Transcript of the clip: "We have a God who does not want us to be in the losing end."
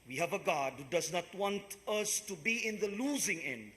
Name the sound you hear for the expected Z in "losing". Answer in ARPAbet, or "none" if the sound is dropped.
Z